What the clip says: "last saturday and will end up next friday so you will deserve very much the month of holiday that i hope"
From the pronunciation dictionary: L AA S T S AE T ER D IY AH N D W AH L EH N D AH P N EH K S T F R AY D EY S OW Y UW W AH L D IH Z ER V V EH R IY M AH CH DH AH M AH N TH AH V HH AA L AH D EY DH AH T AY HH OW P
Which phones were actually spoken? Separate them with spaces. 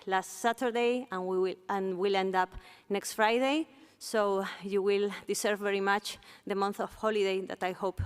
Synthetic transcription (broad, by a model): L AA S T S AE T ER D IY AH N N W AH L EH N D AH P N EH K S T F R AY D EY S OW Y UW W AH L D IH S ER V V EH R IY M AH CH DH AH M AH N TH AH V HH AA L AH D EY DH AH T AY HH OW P